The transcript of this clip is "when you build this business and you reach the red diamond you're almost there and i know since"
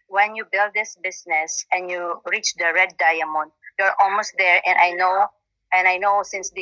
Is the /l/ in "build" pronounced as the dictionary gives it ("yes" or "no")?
yes